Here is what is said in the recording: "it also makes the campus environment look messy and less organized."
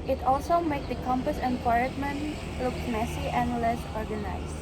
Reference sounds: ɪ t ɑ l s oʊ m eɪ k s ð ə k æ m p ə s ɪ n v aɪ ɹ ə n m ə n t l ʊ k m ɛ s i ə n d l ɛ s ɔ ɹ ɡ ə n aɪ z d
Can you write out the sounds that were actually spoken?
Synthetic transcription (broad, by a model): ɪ t ɑ l s oʊ m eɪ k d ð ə k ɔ m p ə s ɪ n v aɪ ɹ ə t m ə n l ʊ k m ɛ s i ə n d l ɛ s ɔ ɹ ɡ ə n aɪ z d